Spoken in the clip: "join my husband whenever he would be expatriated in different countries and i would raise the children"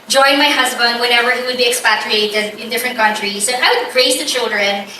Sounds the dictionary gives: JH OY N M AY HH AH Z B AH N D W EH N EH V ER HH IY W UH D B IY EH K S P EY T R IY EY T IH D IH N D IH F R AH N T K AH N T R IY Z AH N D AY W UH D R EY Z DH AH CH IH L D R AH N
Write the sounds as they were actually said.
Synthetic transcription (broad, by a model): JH OY N M AY HH AH Z B AH N D W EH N EH V ER HH IY W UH D B IY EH K S P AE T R IY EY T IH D IH N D IH F R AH N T K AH N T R IY S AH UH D AY W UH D R EY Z DH AH CH IH L D R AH N